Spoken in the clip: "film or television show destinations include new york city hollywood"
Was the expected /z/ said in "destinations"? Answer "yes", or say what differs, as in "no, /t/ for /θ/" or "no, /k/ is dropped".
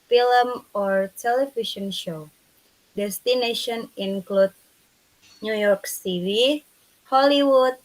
no, /z/ is dropped